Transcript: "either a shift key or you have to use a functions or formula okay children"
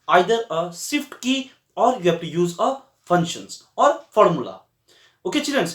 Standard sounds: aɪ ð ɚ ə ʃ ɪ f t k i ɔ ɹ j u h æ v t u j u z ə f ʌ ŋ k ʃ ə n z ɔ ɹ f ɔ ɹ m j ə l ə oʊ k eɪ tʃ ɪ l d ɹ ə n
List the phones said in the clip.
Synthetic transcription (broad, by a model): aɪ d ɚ ə s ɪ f t k i ɔ ɹ j u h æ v t u j u z ə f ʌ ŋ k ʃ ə n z ɔ ɹ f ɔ ɹ m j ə l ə oʊ k eɪ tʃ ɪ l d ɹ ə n